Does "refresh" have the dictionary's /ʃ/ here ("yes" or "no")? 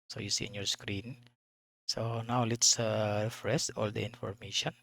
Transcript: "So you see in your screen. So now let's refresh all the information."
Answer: no